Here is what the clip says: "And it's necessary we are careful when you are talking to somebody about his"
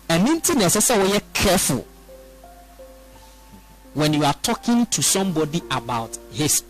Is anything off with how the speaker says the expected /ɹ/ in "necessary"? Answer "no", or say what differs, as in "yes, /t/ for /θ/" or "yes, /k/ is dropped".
yes, /w/ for /ɹ/